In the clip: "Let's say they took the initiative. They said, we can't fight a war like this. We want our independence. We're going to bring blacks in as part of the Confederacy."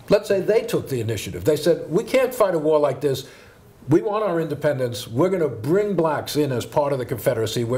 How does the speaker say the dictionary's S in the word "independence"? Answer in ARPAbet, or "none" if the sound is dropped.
S